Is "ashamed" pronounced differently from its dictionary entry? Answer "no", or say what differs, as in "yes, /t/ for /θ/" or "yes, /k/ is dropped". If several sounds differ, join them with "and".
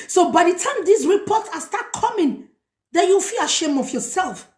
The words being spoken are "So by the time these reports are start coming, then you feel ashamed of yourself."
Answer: yes, /d/ is dropped